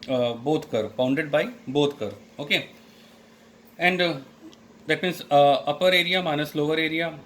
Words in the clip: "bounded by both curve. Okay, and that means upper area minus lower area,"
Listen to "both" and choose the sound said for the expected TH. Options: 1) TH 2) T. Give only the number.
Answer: 2